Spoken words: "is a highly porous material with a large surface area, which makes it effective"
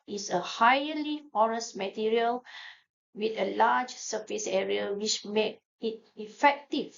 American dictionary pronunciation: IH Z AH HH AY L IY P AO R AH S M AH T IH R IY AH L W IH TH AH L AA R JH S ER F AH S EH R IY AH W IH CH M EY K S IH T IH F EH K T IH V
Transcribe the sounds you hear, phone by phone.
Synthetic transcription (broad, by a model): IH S AH HH AY L IY F AO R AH S M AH T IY R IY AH L W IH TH AH L AA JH S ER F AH S EH R IY AH W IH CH M EY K IH T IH F EH K T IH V